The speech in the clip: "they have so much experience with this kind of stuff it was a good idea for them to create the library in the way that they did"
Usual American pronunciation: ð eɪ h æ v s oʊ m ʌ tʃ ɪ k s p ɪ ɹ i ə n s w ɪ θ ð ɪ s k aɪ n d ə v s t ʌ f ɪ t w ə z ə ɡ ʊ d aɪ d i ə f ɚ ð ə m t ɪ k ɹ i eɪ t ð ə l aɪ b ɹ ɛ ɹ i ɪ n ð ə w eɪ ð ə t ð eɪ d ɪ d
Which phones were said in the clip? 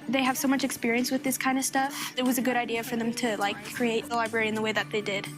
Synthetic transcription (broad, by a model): ð eɪ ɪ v s oʊ m ʌ tʃ ɪ k s p ɪ ɹ i ə n s w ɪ ð ɪ s k aɪ n d ə v s t ʌ f ɪ t w ə z ə ɡ ʊ d aɪ d i ə f ɚ ð ə m t ɪ k ɹ i eɪ t ð ə l aɪ b ɹ ɛ ɹ i ɪ n ð ə w eɪ ð ə t ð eɪ d ɪ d